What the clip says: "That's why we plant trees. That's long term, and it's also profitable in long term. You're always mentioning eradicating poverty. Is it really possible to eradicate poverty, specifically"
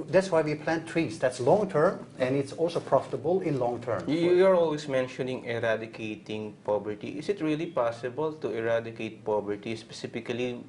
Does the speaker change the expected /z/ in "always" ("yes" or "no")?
yes